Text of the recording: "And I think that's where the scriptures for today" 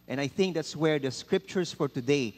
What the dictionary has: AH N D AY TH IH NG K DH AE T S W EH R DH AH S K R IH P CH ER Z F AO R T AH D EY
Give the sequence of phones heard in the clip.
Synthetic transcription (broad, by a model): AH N AY TH IH NG K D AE T S W EH R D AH S K R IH P CH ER S F AO R T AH D EY